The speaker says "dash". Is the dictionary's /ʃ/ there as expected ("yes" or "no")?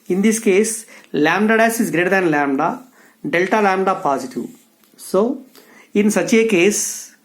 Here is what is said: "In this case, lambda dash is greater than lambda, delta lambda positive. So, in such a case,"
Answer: no